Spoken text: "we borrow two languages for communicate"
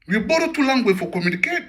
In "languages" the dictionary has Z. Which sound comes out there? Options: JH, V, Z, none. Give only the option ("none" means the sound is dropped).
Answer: none